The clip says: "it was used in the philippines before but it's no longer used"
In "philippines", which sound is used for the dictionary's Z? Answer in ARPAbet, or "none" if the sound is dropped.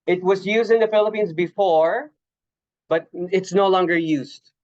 Z